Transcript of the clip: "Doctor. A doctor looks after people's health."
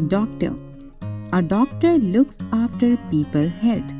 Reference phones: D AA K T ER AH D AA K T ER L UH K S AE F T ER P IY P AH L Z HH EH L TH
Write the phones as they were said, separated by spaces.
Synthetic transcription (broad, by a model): D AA K T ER AH D AA K T ER L UH K S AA F T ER P IY P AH L HH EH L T